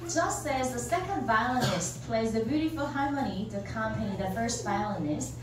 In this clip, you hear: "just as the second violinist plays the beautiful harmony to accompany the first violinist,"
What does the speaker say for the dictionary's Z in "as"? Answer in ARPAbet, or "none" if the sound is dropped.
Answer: Z